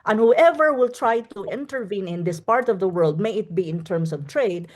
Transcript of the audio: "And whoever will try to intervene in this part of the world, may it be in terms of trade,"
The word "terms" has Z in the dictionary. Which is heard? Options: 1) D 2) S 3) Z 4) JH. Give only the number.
2